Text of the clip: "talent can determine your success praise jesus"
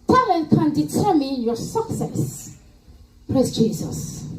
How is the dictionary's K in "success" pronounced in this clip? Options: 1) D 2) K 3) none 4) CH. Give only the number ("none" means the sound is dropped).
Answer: 2